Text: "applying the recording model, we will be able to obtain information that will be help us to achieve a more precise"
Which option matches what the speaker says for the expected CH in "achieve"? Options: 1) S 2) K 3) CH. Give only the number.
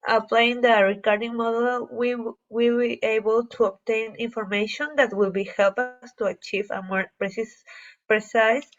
3